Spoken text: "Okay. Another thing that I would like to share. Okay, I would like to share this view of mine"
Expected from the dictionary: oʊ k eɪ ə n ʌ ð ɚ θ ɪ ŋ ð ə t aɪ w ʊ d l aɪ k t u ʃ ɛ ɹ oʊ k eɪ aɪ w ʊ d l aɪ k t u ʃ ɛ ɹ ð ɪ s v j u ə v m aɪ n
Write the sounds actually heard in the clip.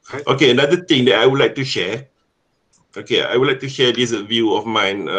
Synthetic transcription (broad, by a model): oʊ k eɪ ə n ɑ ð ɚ t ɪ ŋ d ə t aɪ w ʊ d l aɪ k t u ʃ ɛ oʊ k eɪ aɪ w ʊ d l aɪ k t u ʃ ɛ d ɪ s v j u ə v m aɪ n